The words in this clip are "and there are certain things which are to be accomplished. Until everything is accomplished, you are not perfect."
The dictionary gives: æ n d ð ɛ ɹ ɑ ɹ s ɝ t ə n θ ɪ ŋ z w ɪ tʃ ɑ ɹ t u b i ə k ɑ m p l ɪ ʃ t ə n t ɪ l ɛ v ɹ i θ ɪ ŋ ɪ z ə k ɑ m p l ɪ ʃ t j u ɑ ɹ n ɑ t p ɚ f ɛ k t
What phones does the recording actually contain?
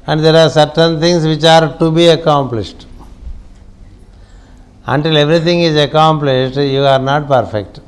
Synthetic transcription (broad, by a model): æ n d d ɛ ɹ ɑ ɹ s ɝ t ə n t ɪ ŋ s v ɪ tʃ ɑ ɹ t u b i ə k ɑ m p l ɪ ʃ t ə n t ɪ l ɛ v ɹ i t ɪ ŋ ɪ z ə k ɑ m p l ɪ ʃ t j u ɑ ɹ n ɑ t p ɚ f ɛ k t